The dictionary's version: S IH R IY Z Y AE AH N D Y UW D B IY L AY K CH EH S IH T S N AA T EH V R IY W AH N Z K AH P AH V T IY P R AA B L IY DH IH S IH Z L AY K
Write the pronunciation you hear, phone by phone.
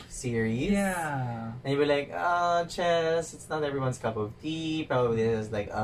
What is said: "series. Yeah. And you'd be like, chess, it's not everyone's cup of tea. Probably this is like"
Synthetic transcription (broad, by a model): S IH R IY Y AE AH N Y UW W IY L AY K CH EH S IH T S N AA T EH V R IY W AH N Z K AH P AH V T IY P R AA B IY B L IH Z L AY K